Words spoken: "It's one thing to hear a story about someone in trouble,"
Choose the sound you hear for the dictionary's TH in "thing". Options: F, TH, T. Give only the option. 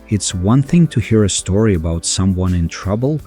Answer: TH